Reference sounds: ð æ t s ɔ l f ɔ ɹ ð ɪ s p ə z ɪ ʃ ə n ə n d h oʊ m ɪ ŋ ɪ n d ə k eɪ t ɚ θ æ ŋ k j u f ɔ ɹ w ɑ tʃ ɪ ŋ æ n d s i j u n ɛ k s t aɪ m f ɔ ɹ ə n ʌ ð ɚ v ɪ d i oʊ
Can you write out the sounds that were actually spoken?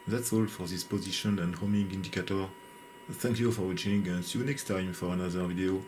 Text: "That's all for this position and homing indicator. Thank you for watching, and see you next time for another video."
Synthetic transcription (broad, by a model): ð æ t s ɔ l f ɔ ɹ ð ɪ s p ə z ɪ ʃ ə n ə n d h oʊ m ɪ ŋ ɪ n d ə k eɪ t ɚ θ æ ŋ k j u f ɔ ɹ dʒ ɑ ɪ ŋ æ n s j u n ɛ k s t aɪ m f ɔ ɹ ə n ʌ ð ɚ v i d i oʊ